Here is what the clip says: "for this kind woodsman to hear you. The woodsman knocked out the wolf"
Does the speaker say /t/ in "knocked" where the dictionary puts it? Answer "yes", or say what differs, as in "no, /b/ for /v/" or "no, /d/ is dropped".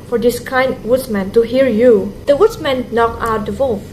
no, /t/ is dropped